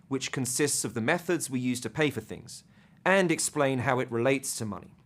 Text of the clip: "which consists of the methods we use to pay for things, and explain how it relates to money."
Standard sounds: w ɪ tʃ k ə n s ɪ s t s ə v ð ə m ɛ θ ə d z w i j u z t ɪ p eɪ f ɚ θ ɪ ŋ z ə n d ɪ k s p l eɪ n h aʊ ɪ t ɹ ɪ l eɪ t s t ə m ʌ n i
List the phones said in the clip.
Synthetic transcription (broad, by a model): w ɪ tʃ k ə n s ɪ s t s ə v ð ə m ɛ θ ə d z w i j u z t ɪ p eɪ f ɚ θ ɪ ŋ z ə n ɪ k s p l eɪ n h aʊ ɪ t ɹ ɪ l eɪ t s t ə m ʌ n i